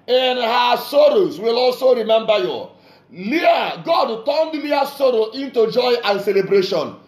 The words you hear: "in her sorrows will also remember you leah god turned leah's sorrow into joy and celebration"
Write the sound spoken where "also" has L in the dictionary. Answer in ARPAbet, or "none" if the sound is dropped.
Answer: L